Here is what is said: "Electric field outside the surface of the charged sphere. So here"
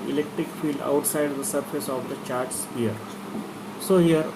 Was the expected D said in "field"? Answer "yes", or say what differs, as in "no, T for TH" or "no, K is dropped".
yes